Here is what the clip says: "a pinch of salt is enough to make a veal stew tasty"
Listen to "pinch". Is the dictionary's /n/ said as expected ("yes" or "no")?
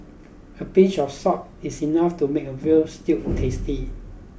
no